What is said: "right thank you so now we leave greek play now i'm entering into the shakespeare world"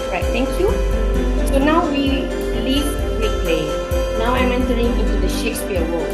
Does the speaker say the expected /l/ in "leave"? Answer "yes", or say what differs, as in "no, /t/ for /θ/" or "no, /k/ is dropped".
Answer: yes